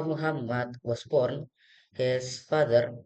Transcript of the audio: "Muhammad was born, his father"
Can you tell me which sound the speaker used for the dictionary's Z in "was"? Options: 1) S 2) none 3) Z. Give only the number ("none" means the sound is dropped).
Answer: 1